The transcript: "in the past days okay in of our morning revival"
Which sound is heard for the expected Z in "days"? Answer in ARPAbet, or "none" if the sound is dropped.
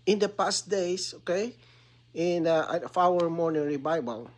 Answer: S